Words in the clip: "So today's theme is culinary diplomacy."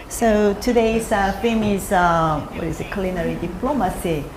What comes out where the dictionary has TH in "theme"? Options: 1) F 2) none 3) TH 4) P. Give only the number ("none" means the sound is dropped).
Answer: 1